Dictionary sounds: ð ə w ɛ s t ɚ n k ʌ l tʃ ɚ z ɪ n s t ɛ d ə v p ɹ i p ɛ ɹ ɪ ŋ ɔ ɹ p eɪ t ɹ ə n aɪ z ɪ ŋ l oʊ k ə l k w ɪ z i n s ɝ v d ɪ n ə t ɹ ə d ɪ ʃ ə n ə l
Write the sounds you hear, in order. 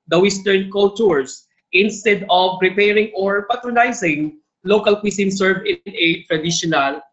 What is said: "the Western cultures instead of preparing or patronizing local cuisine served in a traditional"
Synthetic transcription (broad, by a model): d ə w ɛ s t ɚ n k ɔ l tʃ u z ɪ n s t ɛ d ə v ɹ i p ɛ ɹ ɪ ŋ ɔ ɹ p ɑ t ɹ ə n aɪ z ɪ ŋ l oʊ k ə l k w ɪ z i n s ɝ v ɪ n ə t ɹ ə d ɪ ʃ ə n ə l